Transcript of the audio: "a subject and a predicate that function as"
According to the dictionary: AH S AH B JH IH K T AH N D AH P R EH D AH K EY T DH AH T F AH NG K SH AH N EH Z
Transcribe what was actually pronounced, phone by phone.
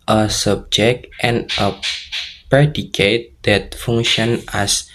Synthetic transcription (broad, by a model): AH S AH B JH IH K T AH N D AH P R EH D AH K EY T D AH T F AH NG SH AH N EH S